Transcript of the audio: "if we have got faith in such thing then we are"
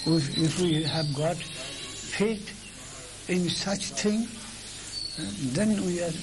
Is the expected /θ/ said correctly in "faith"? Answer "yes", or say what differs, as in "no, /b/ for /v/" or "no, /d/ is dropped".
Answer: no, /t/ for /θ/